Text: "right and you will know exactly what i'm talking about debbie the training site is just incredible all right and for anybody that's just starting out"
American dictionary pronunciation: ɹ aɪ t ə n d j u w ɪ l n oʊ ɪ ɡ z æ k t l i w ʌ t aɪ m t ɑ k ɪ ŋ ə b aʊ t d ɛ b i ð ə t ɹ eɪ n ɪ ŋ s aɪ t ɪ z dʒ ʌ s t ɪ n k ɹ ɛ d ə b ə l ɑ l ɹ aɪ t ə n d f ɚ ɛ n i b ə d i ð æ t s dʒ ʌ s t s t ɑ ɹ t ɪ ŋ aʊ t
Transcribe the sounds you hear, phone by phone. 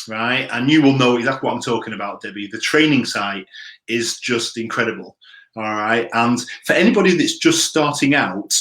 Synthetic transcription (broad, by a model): ɹ aɪ t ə n j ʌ w ɪ l n oʊ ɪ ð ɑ t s w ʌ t aɪ m t ɑ k ɪ ŋ ə b aʊ t d ɛ b i ð ə t ɹ eɪ n ɪ ŋ s aɪ t ɪ z dʒ ʌ s t ɪ n k ɹ ɛ d ə b ə l ɑ l ɹ aɪ t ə n f ɚ ɛ n i b ə d i ð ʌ t s dʒ ʌ s t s t ɑ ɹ t ɪ ŋ aʊ t